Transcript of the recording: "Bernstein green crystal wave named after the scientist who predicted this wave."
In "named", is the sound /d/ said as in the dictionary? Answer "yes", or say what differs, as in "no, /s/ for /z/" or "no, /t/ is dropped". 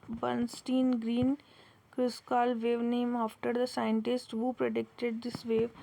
no, /d/ is dropped